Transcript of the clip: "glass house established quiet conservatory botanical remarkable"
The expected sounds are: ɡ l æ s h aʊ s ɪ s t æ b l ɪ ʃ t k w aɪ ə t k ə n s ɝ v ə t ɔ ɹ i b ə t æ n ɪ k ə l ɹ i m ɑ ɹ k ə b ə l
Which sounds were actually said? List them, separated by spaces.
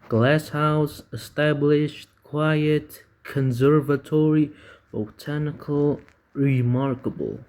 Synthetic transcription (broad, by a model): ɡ l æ s h aʊ s ɪ s t æ b l ɪ ʃ t k w aɪ ə t k ə n s ɝ v ə t ɔ ɹ i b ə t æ n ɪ k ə l ɹ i m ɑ ɹ k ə b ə l